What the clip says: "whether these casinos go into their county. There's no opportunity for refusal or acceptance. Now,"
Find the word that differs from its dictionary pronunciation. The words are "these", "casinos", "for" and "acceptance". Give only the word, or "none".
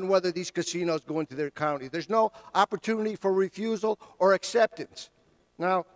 none